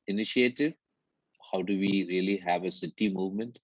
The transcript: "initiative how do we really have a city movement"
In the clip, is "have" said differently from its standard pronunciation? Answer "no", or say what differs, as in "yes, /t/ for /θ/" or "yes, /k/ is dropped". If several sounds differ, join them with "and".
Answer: no